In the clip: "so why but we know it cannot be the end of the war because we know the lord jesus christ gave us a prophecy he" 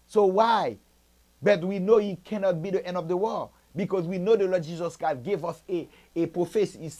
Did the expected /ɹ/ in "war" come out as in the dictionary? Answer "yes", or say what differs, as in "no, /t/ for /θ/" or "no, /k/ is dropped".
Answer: no, /l/ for /ɹ/